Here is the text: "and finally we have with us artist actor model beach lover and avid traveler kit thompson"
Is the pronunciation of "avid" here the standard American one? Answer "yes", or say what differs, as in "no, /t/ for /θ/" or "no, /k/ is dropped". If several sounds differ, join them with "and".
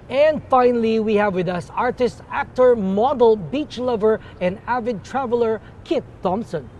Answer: yes